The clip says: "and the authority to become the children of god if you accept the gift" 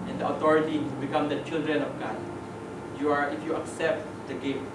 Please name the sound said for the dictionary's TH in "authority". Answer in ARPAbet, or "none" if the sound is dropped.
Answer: T